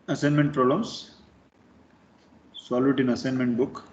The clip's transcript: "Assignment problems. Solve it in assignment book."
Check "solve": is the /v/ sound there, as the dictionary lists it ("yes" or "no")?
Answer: no